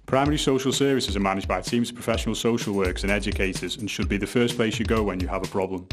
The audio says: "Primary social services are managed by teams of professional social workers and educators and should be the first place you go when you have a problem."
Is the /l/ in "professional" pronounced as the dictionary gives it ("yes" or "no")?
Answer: yes